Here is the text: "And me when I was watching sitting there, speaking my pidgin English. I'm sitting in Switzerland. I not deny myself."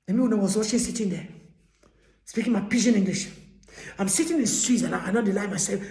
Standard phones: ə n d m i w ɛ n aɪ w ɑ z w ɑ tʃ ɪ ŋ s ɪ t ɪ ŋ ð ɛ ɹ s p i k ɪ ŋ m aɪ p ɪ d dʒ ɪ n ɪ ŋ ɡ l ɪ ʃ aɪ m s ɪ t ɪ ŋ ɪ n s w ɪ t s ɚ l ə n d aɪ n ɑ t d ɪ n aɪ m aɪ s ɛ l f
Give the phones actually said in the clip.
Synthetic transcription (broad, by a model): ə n m i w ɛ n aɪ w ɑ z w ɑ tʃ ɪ s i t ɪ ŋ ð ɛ s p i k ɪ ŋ m aɪ p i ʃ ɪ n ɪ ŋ ɡ l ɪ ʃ aɪ m s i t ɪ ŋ ɪ n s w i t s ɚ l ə aɪ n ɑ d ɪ l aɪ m aɪ s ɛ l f